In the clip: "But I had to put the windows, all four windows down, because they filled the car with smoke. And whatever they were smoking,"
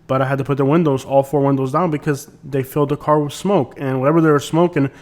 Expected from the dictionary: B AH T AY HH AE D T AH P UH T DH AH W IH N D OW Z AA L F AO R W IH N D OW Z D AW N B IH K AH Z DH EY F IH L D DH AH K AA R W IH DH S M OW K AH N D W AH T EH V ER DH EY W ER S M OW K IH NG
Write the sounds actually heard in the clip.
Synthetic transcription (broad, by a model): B AH T AY HH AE D T AH P UH T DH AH W IH N D OW Z AA L F AO R W IH N D OW Z D AW N B IH K AH Z DH EY F IH L D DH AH K AA R W IH DH S M OW K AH N W AH T EH V ER DH EY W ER S M OW K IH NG